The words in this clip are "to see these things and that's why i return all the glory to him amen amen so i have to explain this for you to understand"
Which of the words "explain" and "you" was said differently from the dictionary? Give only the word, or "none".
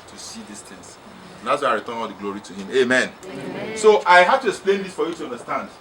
none